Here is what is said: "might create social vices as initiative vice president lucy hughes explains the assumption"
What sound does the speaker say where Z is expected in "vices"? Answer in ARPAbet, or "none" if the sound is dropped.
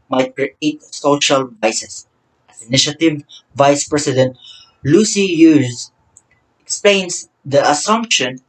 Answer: S